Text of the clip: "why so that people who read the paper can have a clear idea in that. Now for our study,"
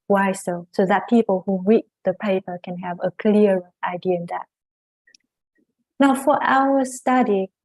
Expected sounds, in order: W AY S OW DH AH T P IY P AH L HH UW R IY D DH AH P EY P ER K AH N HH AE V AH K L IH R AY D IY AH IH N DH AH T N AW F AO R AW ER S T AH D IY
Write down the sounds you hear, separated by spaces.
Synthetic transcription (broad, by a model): W AY S OW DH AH T P IY P AH L HH UW W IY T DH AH P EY P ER K AH N HH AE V AH K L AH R AY D IY AH IH N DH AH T N AW F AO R AW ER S T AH D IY